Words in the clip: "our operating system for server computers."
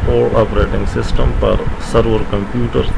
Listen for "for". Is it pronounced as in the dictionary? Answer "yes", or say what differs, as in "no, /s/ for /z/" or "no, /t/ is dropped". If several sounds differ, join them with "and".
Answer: no, /p/ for /f/